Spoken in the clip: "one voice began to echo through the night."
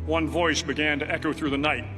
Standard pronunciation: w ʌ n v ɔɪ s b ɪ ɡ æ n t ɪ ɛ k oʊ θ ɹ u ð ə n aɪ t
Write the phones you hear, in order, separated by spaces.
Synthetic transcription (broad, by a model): w ʌ n v ɔɪ s b ɪ ɡ æ n t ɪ ɛ k oʊ θ ɹ u ð ə n aɪ t